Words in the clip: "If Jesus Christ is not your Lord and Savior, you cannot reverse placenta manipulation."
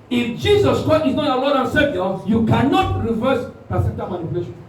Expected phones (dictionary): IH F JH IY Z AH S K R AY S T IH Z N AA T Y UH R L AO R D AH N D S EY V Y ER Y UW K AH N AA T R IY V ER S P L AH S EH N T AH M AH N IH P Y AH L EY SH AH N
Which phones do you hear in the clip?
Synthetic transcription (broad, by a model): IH F JH IY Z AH S K R AY S T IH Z N AA T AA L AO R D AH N S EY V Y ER Y UW K AH N AA T R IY V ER S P AH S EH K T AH M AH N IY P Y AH L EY SH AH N